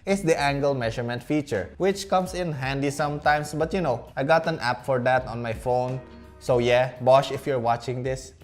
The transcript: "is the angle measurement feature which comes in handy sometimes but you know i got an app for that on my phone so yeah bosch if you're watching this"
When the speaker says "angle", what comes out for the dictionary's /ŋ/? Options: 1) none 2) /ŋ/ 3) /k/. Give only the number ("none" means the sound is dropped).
2